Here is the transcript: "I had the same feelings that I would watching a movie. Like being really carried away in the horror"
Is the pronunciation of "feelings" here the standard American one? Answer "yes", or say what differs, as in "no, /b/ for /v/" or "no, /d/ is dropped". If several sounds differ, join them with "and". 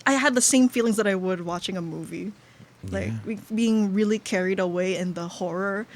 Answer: yes